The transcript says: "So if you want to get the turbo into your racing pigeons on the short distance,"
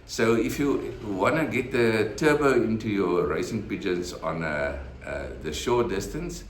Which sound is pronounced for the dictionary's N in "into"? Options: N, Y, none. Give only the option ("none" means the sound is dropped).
N